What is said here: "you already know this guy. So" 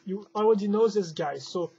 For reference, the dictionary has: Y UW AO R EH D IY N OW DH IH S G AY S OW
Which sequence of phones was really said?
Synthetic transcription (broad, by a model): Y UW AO W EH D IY N OW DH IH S G AY S OW